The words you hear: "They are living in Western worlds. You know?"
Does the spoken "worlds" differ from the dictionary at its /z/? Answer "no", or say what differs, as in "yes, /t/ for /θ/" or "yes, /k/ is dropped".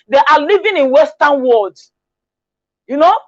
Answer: yes, /z/ is dropped